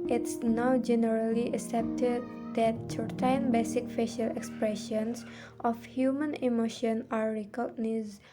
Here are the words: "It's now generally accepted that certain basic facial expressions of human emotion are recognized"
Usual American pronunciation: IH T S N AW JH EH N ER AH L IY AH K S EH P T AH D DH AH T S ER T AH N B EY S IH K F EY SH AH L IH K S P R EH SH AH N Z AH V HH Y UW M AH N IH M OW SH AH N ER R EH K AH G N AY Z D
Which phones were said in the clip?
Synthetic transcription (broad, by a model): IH T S N AW JH EH N ER AH L IY AH K S EH P T AH D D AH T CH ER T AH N B EY S IH K F EY SH AH L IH K S P R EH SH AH N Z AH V HH Y UW M AH N IH M OW SH AH N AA R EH K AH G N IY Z